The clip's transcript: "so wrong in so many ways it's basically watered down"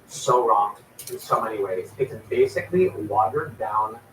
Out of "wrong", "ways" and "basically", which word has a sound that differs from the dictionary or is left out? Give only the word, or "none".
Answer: none